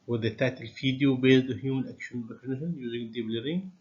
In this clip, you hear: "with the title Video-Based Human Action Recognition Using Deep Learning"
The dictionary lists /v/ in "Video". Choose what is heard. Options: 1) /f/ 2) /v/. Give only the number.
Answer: 1